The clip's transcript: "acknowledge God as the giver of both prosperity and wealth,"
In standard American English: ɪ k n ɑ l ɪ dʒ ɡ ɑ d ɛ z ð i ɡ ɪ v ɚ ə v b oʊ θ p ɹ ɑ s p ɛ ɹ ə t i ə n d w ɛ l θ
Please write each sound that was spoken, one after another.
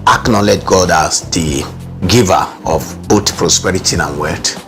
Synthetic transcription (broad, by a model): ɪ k n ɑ l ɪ dʒ ɡ ɑ d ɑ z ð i ɡ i v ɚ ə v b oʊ t p ɹ ɑ s p ɛ ɹ ə t i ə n w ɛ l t